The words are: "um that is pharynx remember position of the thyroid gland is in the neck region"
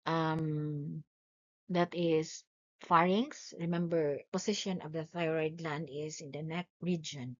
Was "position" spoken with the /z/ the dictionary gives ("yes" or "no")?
no